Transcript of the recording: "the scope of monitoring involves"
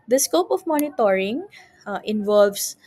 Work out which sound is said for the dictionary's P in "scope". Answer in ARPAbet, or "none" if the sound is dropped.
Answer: P